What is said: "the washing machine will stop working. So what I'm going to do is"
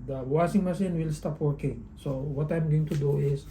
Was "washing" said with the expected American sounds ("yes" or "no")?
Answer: no